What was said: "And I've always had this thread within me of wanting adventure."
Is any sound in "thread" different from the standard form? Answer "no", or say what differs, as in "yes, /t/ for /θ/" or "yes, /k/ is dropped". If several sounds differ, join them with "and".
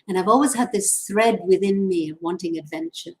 no